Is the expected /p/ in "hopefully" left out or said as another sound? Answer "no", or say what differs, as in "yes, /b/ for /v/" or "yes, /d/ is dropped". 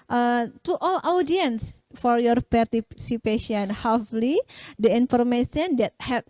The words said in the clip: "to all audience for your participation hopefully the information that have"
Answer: yes, /p/ is dropped